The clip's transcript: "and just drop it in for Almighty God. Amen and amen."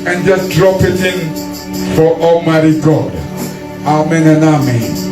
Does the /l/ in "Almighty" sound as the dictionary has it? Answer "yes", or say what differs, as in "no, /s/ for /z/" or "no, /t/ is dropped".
no, /l/ is dropped